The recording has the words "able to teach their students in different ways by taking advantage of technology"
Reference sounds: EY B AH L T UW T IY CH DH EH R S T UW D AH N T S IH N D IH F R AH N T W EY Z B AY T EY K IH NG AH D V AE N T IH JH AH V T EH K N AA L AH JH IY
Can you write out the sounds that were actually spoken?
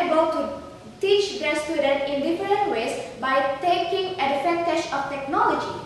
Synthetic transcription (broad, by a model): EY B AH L T UW T IY CH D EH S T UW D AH N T IH N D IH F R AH N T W EY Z B AY T EY K IH NG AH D F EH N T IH SH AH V T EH K N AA L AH JH IY